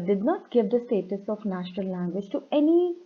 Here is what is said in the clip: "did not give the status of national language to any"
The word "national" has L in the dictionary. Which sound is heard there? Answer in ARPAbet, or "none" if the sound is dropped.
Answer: L